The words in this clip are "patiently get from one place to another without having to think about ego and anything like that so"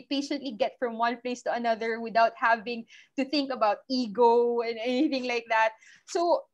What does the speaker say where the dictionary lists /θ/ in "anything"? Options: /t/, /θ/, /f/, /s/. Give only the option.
/θ/